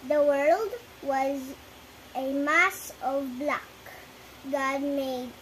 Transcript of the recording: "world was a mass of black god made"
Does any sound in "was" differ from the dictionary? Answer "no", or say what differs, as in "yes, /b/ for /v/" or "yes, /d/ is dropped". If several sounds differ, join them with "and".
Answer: no